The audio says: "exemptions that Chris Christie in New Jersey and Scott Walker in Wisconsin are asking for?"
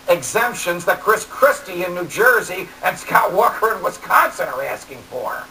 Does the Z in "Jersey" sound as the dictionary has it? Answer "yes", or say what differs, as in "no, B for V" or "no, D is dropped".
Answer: yes